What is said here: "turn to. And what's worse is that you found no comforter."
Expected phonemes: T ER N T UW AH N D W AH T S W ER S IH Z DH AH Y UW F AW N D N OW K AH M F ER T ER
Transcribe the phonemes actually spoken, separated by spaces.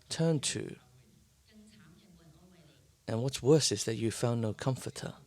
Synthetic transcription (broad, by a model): T ER N T UW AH N W AH T S W ER S IH Z DH AH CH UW F AW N N OW K AH M F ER T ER